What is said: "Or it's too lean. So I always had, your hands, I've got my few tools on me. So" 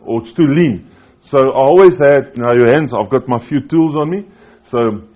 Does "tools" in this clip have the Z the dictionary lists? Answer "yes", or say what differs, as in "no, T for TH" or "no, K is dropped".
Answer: yes